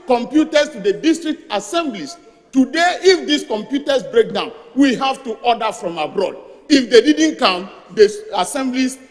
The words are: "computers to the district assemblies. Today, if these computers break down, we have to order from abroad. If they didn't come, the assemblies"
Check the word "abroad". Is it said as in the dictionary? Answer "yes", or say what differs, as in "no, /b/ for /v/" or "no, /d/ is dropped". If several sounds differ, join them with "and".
yes